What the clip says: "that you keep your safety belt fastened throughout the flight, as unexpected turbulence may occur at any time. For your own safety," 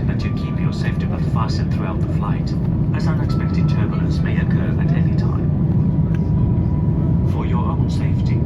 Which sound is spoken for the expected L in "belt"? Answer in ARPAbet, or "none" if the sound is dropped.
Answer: none